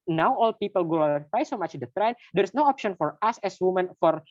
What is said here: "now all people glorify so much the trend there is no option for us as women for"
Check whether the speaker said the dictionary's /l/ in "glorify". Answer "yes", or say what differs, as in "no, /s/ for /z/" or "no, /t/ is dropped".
no, /l/ is dropped